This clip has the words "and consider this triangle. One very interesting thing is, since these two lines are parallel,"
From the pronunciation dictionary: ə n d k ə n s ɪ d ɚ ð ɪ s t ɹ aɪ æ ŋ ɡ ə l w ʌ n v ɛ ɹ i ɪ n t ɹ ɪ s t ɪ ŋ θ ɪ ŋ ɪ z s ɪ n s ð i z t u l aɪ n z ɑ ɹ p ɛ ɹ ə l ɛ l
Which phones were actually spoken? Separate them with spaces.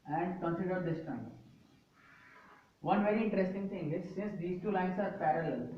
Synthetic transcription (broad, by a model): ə n d k ə n s ɪ d ɚ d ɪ s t aɪ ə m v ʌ n v ɛ ɹ i ɪ n t ɹ ɪ s t ɪ ŋ t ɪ ŋ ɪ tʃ s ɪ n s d i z t u l aɪ n s ɑ ɹ p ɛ ɹ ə l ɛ l